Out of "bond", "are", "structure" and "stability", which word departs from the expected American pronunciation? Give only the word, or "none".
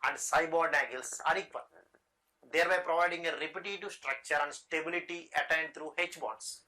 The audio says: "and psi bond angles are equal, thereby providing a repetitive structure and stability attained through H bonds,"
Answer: bond